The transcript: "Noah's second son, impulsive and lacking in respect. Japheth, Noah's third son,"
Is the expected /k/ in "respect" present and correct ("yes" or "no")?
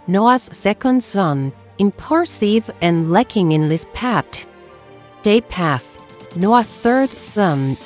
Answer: no